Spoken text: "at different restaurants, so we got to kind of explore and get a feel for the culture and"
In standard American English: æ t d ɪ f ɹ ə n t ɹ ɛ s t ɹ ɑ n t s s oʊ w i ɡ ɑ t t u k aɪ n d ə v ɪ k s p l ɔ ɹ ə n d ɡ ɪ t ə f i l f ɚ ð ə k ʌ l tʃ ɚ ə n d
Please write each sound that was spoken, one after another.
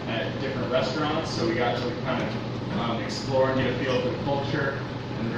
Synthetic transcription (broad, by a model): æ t d ɪ f ɹ ə n t ɹ ɛ s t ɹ ɑ n t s s oʊ w i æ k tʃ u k aɪ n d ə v ɪ k s p l ɔ ɹ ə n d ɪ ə f i l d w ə k ʌ l tʃ ɚ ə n